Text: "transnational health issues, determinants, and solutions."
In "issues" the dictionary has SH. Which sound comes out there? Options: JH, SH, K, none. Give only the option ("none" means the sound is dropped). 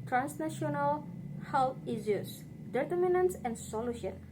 none